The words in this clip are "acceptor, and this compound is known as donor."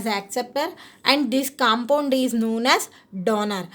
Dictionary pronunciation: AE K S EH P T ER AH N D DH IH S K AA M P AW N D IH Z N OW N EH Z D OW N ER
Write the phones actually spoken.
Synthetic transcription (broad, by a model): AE K S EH P T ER AH N D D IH S K AA M P AW N D IH Z N OW N EH Z D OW N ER